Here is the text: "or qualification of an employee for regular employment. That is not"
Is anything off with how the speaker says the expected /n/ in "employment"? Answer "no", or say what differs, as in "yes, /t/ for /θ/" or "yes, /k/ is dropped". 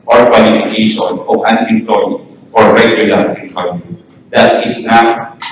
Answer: yes, /n/ is dropped